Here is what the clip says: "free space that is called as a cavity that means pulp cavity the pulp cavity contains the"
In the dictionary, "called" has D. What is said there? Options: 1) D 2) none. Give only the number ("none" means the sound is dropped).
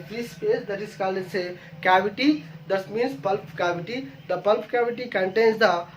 2